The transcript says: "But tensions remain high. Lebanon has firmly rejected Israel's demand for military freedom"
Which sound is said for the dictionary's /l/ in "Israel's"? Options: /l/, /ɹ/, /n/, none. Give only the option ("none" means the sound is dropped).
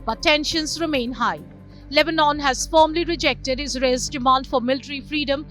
none